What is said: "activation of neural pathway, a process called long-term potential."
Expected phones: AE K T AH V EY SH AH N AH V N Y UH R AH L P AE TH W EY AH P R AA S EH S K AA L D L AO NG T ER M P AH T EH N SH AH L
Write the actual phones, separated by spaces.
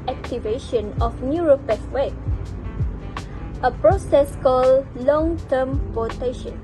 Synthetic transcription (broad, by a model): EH K T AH V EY SH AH N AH F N Y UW R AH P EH S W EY AH P R AA S EH S K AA L L AO NG T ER M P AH T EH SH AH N